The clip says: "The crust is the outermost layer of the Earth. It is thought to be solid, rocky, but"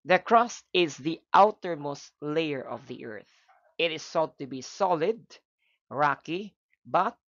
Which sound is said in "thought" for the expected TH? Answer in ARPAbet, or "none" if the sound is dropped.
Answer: S